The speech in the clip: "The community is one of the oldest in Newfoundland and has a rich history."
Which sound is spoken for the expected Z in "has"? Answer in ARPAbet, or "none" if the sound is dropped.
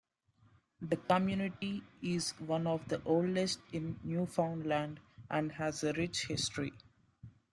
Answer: Z